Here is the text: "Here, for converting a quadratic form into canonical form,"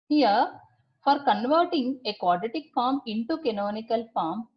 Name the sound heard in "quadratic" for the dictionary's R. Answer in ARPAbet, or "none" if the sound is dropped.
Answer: none